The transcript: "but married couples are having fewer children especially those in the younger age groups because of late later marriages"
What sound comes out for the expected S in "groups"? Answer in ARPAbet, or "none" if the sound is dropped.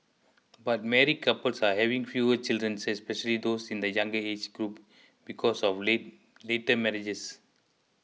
none